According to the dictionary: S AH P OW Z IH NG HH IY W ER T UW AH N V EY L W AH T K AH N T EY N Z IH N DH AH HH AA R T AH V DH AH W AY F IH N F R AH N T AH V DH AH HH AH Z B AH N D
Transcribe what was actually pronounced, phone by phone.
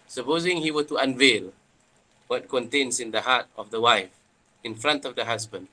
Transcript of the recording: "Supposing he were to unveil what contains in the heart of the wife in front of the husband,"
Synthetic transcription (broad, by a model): S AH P OW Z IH NG HH IY W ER T UW AH N V EY L W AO T K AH N T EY N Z IH N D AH HH AA T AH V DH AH W AY F IH N F R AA N T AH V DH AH HH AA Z B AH N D